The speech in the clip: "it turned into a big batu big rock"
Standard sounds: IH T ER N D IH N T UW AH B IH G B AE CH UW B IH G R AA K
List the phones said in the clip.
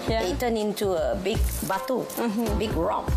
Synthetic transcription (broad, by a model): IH T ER N IH N T UW AH B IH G B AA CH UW B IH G R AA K